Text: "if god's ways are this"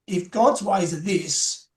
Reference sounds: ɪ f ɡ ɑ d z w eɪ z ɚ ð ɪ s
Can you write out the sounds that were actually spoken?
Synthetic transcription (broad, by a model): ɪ f ɡ ɑ d z w eɪ z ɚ ð ɪ s